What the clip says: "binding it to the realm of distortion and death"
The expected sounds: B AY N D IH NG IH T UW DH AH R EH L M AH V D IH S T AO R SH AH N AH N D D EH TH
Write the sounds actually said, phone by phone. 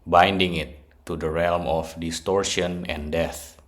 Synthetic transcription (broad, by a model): B AY N D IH NG IH T UW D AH R EH L M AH F D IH S T AO R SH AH N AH N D D EH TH